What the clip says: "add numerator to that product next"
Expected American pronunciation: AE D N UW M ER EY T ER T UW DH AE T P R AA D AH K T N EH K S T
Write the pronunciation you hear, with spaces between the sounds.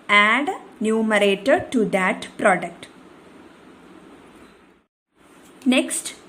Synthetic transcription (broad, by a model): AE D N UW M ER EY T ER T UW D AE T P R AA D AH K T N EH K S T